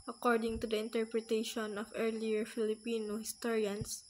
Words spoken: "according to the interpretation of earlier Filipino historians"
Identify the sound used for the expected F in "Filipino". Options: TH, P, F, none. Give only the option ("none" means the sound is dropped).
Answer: F